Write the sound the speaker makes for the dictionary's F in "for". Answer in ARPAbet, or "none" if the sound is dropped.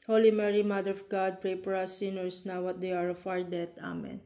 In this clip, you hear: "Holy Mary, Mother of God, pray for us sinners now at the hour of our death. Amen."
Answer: P